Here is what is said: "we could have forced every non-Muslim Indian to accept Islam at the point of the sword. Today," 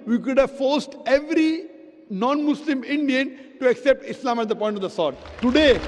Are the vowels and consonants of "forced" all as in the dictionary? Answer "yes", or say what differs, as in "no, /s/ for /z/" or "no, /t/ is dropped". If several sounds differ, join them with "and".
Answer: yes